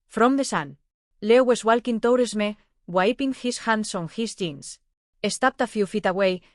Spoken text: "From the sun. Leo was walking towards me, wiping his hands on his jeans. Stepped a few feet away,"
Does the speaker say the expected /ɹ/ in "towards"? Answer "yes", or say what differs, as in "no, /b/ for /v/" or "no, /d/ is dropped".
no, /w/ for /ɹ/